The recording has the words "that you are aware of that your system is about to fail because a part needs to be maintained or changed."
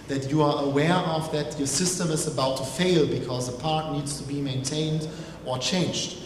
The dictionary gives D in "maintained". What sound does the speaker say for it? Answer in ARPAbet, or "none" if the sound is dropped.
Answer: D